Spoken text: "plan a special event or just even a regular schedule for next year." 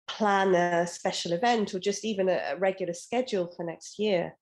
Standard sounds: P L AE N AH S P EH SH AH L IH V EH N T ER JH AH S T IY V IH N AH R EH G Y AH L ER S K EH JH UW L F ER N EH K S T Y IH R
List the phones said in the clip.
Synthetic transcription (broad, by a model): P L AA N AH S P EH SH AH L IH V EH N T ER JH AH S T IY V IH N AH R EH G Y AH L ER S K EH JH UW L F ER N EH K S T Y IH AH